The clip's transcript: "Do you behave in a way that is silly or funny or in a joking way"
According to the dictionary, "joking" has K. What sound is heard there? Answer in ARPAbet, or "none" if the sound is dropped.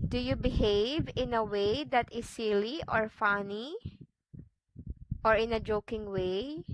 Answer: K